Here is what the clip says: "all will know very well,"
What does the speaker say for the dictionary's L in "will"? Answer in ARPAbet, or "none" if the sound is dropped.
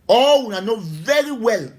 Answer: N